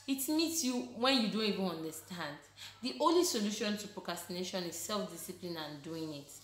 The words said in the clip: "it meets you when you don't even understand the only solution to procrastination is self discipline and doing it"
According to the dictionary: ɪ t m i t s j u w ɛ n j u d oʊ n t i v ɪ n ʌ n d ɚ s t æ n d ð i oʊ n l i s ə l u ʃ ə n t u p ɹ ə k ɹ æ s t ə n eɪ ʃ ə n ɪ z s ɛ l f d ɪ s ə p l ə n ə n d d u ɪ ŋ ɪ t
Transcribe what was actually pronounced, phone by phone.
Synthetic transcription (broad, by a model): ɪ t m i t s j u w ɛ n j u d oʊ n t i v ɪ n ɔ n d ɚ s t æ n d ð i oʊ n l i s ə l u ʃ ə n t u p ɹ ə k ɹ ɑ s t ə n eɪ ʃ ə n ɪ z s ɛ l f d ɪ s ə p l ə n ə n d d u ɪ ŋ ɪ t